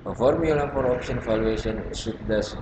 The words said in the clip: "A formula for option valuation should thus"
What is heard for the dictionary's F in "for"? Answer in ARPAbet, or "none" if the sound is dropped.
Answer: P